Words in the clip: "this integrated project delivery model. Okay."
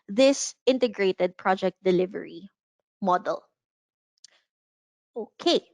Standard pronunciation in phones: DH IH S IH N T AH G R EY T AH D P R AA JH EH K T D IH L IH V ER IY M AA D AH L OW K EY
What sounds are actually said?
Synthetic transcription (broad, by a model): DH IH S IH N T AH G R EY T AH D P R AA JH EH K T D IH L IH V ER IY M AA D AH L OW K EY